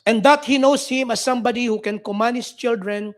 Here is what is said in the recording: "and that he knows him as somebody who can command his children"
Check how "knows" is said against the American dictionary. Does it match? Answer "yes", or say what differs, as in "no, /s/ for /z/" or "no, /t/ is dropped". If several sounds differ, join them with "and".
no, /s/ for /z/